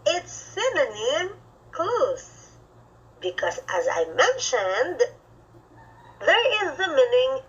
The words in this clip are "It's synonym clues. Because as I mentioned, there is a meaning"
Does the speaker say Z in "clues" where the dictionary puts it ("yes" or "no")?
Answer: no